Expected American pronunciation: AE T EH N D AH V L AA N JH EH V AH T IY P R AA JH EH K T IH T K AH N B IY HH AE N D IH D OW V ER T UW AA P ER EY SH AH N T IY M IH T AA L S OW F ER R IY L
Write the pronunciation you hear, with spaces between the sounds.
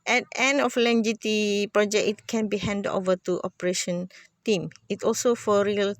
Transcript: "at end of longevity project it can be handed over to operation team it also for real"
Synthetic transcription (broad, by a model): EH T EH N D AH F L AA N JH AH T IY P R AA JH EH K IH T K AH N B IY HH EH N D D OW V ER T UW AA P ER EY SH AH N T IY M IH T AA L S OW F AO R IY L